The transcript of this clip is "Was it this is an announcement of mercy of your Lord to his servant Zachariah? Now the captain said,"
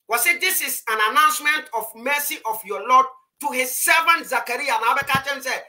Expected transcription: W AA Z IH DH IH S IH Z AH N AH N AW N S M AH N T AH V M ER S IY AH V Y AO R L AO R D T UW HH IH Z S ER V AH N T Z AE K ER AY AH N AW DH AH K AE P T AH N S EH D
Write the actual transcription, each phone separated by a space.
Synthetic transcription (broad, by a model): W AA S IH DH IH S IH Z AH N AH N AW N S M AH N T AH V M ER S IY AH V Y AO L AO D T UW HH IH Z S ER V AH N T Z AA K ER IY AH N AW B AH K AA T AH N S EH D